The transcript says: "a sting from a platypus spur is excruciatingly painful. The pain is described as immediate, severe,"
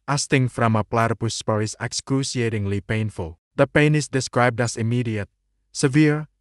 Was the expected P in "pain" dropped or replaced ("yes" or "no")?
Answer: no